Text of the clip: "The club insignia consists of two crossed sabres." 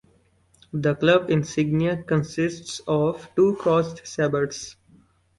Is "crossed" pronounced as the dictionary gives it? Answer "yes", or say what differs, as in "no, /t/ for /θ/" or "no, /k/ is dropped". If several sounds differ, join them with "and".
no, /ɹ/ is dropped